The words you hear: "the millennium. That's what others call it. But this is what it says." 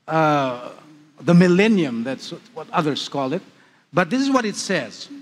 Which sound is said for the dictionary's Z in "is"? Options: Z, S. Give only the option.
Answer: Z